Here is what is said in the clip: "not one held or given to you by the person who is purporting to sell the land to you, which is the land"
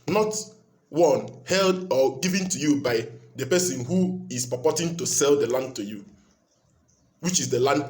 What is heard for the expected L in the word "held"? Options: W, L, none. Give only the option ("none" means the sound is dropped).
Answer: L